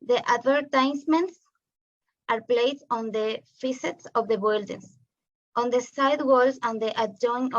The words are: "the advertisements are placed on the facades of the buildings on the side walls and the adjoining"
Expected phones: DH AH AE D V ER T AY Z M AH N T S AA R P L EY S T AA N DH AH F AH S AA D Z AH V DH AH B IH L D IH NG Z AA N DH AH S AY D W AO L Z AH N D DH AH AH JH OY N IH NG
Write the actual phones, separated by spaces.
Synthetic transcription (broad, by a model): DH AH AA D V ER T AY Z M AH N T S AA R P L EY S AA N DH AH F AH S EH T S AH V DH AH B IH L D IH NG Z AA N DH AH S AY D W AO L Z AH N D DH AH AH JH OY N